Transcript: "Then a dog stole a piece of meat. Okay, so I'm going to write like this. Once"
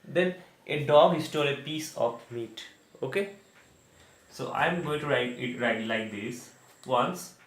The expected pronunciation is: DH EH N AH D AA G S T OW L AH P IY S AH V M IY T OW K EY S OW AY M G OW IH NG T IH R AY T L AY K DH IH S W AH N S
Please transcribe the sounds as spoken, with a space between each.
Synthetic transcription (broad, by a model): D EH N AH D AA G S T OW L AH P IY S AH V M IY T OW K EY S OW AY M G OW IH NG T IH R AY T L AY K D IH S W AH N S